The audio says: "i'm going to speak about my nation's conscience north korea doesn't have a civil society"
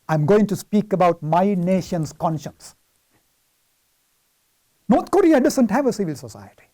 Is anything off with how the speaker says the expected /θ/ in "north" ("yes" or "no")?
yes